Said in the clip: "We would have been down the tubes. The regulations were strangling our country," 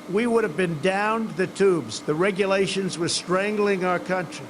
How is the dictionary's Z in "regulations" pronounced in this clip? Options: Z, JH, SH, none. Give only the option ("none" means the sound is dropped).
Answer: Z